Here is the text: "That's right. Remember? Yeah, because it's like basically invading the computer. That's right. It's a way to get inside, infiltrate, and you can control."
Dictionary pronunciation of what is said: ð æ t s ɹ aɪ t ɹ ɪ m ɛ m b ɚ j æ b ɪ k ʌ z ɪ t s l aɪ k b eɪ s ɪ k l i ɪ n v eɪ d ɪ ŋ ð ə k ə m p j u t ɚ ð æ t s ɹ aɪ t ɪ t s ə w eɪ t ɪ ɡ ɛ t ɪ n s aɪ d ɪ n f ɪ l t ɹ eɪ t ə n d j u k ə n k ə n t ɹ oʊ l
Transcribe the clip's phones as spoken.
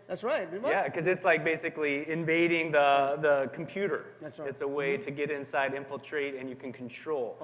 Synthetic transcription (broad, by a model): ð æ t s ɹ aɪ t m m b j æ k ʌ z ɪ t s l aɪ k b eɪ s ɪ k l i ɪ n v eɪ d ɪ ŋ ð ə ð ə m p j u t ɚ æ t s ɪ t s ə w eɪ t ɪ ɡ ɛ t ɪ n s aɪ d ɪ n f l t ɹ eɪ t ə n j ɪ k n k n t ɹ oʊ l